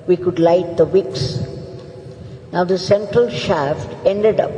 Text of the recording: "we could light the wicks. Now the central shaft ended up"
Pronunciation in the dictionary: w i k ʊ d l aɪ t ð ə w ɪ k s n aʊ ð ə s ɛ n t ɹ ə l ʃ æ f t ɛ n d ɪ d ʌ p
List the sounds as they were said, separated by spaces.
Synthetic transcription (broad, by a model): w i k ʊ d l aɪ t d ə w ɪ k s n aʊ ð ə s ɛ n t ɹ ə l ʃ æ f t ɛ n d ɪ d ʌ p